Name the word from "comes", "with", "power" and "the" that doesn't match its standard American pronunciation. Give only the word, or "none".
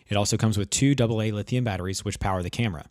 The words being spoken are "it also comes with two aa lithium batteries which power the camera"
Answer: none